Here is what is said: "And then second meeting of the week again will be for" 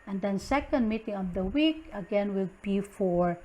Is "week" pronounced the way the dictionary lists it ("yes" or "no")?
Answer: yes